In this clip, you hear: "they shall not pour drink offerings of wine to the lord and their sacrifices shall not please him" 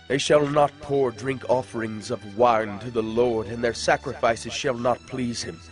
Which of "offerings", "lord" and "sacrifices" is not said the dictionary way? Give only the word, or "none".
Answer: none